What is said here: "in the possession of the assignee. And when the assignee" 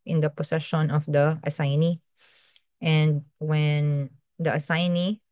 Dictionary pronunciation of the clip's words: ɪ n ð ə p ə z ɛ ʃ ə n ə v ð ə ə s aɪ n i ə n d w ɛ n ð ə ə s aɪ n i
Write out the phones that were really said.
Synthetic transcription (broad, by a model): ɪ n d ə p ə s ɛ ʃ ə n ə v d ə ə s aɪ n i ə n d w ɛ n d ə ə s aɪ n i